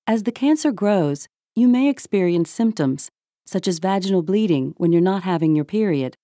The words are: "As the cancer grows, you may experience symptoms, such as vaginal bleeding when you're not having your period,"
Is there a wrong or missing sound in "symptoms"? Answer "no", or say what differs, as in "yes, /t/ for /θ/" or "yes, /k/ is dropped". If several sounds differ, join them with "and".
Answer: no